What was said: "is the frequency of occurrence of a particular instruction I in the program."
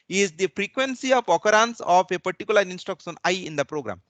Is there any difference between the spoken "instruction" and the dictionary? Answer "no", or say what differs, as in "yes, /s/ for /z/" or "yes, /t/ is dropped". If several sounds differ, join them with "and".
yes, /ɹ/ is dropped and /s/ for /ʃ/